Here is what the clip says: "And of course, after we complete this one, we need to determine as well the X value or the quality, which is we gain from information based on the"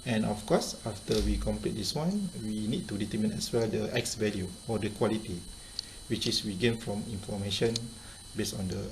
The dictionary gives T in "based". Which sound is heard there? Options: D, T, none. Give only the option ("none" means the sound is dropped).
none